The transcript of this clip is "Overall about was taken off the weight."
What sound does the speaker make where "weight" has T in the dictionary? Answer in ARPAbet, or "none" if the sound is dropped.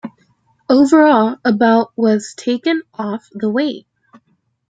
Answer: none